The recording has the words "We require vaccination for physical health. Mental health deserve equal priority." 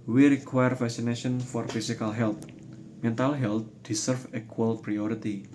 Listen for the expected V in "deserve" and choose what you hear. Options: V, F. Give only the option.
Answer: F